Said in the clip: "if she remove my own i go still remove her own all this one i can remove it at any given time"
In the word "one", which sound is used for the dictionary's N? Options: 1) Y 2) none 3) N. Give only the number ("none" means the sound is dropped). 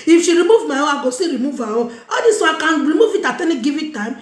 2